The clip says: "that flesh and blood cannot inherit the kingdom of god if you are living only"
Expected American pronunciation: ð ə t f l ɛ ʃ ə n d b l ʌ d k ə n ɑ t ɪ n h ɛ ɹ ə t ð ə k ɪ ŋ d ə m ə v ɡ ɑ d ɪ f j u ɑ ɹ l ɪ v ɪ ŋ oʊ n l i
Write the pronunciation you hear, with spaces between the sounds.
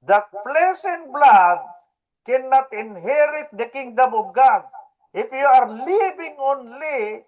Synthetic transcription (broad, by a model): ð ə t p l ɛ s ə n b l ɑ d k ə n ɑ t ɪ n h ɛ ɹ ə t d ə k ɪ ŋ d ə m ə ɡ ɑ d ɪ f j u ɑ ɹ l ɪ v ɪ ŋ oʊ n l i